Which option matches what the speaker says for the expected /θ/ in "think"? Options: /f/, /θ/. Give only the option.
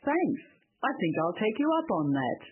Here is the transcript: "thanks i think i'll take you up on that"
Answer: /θ/